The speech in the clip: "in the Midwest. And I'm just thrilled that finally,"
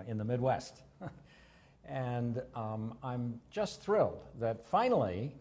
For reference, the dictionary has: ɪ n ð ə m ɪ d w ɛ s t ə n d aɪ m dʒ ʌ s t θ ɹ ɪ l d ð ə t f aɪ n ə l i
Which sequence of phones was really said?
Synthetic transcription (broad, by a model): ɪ n ð ə m ɪ d w ɛ s t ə n aɪ m dʒ ʌ s t θ ɹ ɪ l d ð ə t f aɪ n l i